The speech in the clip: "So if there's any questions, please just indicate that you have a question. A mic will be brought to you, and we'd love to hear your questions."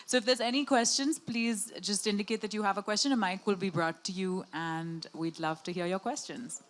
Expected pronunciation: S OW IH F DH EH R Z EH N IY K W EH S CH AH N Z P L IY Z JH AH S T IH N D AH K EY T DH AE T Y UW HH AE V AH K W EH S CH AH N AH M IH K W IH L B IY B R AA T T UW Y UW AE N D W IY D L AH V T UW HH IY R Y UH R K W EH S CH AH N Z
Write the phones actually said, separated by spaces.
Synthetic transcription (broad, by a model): S OW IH F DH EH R Z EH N IY K W EH S CH AH N Z P L IY Z JH AH S T IH N D AH K EY T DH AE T Y UW HH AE V AH K W EH S CH AH N AH M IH K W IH L B IY B R AA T T UW Y UW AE N D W IY D L AH V T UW HH IY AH Y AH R K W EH S CH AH N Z